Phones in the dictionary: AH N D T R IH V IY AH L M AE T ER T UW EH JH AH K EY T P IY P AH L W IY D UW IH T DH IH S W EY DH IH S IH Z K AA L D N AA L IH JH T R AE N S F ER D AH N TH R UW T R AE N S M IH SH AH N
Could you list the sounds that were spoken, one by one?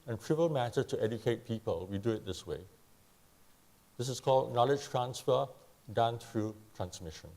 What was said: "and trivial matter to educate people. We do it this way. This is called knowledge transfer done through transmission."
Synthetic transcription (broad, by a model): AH N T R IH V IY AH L M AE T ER T UW EH JH AH K EY T P IY P AH L W IY D UW IH T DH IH S W EY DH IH S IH S K AA L D N AA L IH JH T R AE N S F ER D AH N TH R UW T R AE N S M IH SH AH N